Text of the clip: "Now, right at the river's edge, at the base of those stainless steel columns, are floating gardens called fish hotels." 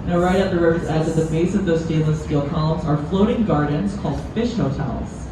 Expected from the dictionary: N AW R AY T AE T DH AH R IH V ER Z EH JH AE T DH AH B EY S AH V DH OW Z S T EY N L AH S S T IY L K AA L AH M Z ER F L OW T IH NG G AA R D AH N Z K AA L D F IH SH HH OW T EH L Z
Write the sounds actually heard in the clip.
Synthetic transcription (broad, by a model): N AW R AY T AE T DH AH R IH UH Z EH Z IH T DH AH B EY S AH V DH OW Z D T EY L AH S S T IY L K AA L AH M Z ER F L OW T IH NG G AA R D N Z K AA L D F IH SH HH OW T EH L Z